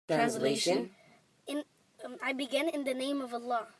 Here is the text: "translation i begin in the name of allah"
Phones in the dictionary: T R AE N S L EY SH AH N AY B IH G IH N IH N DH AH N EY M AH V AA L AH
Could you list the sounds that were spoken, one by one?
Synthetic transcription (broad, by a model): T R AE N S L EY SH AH N AY B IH G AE N IH N DH AH N EY M AH V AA L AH